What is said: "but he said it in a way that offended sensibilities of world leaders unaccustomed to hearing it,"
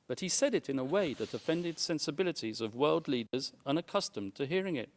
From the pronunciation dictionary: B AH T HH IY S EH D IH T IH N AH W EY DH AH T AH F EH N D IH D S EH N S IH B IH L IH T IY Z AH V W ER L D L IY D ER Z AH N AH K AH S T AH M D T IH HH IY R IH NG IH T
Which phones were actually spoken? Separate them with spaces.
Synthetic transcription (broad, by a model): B AH T HH IY S EH D IH T IH N AH W EY DH AH T AH F EH N D IH D S EH N S IH B IH L IH T IY Z AH V W ER L D L IY D ER Z AH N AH K AH S T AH M T IH HH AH R IH NG IH T